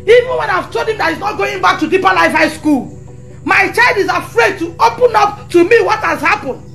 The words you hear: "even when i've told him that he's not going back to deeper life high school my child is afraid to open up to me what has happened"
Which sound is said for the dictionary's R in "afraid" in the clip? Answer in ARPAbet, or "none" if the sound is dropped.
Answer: R